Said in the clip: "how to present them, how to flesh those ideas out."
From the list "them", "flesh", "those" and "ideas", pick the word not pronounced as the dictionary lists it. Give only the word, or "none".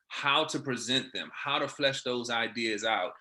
none